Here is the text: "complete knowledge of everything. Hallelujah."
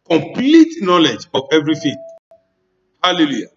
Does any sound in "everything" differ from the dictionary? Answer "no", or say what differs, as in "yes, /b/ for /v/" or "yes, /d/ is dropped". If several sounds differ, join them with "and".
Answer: yes, /f/ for /θ/